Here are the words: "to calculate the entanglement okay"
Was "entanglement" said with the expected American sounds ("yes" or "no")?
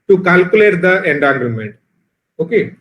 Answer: no